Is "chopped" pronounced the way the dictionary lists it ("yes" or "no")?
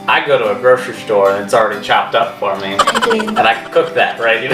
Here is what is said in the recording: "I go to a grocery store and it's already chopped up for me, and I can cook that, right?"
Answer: yes